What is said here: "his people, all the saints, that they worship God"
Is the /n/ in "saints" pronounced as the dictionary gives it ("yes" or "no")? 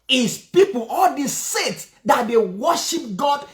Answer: no